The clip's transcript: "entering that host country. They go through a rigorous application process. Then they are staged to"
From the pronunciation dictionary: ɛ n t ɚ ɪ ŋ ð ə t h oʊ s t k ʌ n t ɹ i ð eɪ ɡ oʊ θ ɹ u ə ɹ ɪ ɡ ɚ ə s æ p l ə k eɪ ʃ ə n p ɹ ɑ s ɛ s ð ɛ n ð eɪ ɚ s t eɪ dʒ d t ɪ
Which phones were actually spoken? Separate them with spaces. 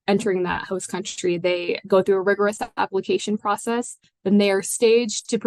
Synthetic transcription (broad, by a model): ɛ n t ɚ ɪ ŋ ð ə t h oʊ s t k ʌ n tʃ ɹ i ð eɪ ɡ oʊ θ ɹ u ə ɹ ɪ ɡ ɚ ə s æ p l ə k eɪ ʃ ə n p ɹ ɑ s ɛ s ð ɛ n ð eɪ ɚ s t eɪ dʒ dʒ t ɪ